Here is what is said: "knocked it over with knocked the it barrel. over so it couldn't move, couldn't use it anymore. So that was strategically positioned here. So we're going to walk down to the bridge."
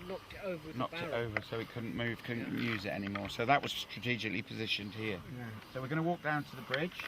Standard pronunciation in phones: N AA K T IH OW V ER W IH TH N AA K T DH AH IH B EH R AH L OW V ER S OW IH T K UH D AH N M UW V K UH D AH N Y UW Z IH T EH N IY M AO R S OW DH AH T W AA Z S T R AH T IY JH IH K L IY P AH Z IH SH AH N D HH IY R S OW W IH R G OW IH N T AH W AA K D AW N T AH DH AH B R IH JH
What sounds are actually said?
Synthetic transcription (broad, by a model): N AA K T IH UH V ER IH N AA K T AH IH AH V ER S OW IH T K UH D N M UW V K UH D N Y UW Z IH T EH N IY M AO R S OW DH AH T W AA Z S T R AH T IY JH IH K L IY P AH Z IH SH AH N D HH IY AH S OW W IH R G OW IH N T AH W AA K D AW N T AH DH AH B R IH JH